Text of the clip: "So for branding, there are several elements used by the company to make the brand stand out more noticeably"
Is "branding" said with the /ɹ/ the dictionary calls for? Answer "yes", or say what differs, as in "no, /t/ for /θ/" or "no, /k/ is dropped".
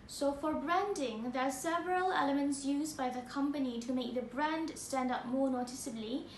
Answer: yes